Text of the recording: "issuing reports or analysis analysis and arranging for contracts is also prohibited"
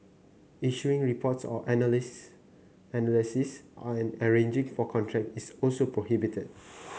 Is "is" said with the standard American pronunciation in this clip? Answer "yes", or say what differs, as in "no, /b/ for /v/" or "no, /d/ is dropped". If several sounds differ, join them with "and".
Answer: no, /s/ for /z/